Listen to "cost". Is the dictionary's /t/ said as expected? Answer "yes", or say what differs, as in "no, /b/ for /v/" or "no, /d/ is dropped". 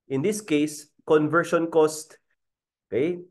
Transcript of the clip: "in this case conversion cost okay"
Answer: yes